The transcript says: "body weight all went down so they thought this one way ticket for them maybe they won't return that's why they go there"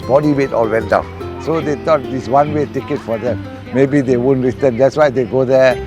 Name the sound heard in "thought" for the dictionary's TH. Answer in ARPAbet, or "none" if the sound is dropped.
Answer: T